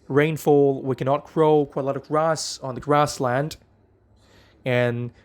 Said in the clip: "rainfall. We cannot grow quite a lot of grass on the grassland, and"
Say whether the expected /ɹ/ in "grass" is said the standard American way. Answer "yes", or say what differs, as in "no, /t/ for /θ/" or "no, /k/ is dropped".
yes